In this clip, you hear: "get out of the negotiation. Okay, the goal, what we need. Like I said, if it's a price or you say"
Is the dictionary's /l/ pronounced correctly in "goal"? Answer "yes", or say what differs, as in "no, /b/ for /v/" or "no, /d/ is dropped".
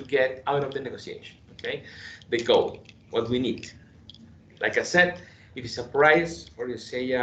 no, /w/ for /l/